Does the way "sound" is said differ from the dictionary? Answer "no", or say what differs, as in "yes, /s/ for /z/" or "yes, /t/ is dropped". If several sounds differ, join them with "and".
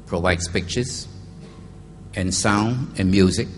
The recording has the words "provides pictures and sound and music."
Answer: no